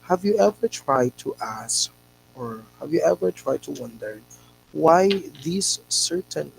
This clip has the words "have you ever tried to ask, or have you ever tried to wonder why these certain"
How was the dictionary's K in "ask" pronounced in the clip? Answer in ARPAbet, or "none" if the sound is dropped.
K